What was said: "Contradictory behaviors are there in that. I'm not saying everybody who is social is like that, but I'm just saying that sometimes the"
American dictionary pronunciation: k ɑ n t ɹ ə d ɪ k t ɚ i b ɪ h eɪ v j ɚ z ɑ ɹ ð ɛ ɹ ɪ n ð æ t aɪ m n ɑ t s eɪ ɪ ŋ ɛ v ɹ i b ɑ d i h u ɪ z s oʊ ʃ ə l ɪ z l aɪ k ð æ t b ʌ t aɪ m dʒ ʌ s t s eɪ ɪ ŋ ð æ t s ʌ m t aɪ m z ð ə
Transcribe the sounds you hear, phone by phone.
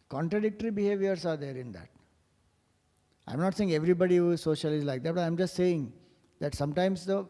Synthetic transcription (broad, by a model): k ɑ n t ɹ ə d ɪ k t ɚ i b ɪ h eɪ v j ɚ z ɑ ɹ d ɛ ɹ ɪ n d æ t aɪ m n ɑ t s eɪ ɪ ŋ ɛ v ɹ i b ɑ d i h u ɪ z s oʊ ʃ ə l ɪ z l aɪ k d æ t b ʌ t aɪ m dʒ ʌ s t s eɪ ɪ ŋ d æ t s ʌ m t aɪ m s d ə